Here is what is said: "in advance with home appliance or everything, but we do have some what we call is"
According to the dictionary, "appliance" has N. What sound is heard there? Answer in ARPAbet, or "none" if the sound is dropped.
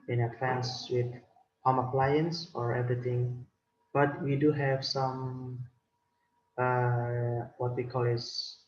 N